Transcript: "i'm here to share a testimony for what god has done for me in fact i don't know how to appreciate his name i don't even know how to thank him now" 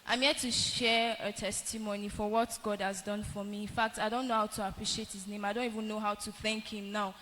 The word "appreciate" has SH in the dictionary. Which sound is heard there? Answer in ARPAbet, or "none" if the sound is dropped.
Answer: SH